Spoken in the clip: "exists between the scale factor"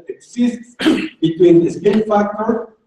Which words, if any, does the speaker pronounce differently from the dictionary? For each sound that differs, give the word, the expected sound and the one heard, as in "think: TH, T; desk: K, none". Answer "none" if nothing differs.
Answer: scale: L, N